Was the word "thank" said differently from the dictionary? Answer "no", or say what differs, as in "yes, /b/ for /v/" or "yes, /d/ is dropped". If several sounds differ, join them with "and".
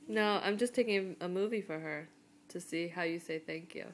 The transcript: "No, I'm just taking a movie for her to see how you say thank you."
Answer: no